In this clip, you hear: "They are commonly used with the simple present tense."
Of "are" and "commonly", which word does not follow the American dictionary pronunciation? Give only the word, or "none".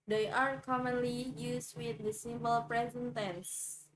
none